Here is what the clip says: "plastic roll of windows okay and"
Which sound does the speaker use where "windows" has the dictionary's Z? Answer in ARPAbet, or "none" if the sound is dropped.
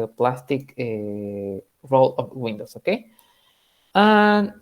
S